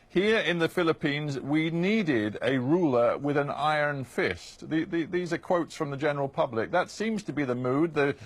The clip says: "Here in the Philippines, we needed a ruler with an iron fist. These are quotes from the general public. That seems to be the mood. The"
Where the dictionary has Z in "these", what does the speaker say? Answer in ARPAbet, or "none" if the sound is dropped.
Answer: Z